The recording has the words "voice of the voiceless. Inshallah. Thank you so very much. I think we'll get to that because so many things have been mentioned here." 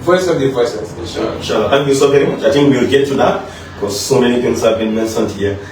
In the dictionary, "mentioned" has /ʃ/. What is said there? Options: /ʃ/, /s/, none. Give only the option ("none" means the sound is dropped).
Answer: /s/